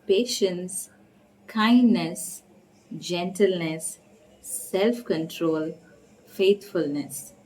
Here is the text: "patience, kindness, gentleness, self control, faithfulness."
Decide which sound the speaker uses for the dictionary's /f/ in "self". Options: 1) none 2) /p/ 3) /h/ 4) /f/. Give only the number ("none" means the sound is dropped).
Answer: 4